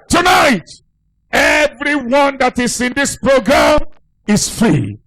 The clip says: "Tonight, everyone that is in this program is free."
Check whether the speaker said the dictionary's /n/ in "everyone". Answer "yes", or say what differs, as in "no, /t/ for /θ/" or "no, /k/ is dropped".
yes